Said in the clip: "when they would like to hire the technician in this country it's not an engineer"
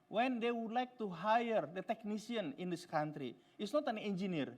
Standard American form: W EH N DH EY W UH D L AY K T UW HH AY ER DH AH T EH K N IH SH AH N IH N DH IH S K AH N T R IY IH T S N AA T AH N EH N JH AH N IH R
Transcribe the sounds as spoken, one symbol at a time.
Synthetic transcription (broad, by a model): W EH N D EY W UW D L AY K T UW HH AY ER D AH T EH K N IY S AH N IH N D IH S K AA N T R IY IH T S N AA T AH N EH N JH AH N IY R